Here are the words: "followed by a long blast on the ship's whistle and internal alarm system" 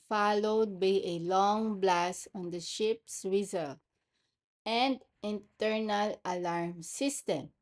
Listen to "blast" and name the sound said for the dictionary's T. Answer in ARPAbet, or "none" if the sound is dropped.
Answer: none